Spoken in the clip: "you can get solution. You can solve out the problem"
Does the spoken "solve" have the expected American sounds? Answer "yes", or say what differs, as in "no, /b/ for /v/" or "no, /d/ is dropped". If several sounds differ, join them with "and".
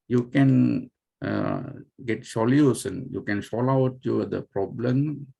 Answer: no, /v/ is dropped